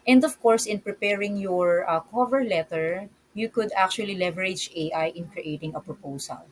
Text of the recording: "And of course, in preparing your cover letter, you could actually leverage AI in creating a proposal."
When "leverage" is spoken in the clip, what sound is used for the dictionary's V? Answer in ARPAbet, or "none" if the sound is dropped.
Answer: V